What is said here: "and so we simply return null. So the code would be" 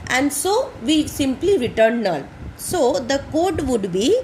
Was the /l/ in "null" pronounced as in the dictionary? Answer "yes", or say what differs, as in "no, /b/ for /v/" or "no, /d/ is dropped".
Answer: no, /n/ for /l/